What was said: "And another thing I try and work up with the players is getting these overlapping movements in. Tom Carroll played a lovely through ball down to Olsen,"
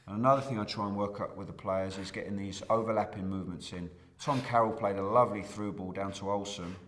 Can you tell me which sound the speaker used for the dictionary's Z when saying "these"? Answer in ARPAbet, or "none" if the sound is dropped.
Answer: Z